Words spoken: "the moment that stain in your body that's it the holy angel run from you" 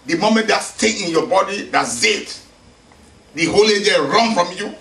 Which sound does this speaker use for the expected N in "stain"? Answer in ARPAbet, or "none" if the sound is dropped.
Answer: none